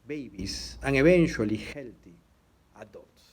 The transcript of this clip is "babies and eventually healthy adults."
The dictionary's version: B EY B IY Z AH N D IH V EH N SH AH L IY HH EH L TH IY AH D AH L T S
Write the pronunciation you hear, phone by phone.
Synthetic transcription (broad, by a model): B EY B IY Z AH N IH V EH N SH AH L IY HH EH L T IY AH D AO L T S